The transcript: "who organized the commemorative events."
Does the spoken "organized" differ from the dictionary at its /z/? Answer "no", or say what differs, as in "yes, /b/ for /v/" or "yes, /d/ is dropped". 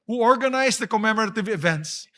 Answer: yes, /s/ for /z/